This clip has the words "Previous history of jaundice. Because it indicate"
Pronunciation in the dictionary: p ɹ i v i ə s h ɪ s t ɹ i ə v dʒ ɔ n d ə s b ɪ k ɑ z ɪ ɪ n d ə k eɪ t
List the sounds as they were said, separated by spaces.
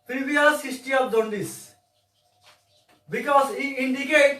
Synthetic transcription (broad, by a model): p ɹ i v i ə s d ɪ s t i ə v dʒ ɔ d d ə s b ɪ k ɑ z ɪ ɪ n d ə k eɪ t